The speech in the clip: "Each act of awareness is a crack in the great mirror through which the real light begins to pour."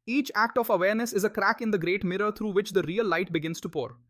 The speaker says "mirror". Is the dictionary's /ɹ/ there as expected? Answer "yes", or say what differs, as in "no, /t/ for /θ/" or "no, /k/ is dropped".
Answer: yes